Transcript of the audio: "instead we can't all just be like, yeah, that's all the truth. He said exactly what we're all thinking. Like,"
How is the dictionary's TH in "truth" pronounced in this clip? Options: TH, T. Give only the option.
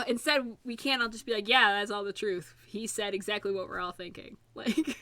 TH